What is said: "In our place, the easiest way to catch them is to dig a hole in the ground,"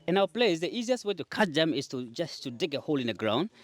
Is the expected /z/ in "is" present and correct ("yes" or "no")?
no